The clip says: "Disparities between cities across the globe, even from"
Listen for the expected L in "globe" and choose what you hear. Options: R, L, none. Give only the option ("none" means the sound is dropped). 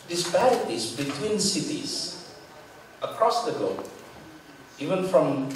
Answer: none